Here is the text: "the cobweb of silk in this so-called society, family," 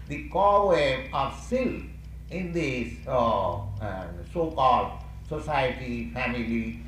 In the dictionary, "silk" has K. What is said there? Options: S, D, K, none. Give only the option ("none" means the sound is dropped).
none